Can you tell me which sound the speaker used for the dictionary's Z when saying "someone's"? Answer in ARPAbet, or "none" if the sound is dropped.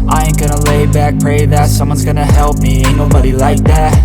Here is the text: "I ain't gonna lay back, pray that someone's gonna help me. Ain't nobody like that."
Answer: Z